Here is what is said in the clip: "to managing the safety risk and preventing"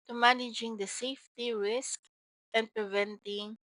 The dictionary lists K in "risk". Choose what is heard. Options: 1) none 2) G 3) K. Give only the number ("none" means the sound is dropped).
3